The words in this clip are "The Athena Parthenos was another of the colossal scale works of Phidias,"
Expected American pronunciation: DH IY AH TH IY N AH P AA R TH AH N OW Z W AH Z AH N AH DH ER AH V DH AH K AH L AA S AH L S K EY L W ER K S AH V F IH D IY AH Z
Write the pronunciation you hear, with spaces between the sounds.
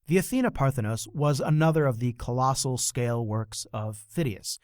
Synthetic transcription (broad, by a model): DH IY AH TH IY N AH P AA R TH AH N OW S W AH Z AH N AH DH ER AH V DH AH K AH L AA S L S K EY L W ER K S AH V F IH D IY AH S